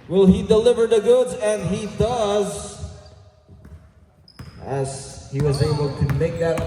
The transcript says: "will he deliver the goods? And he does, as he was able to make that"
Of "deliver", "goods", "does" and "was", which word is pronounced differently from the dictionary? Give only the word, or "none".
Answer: none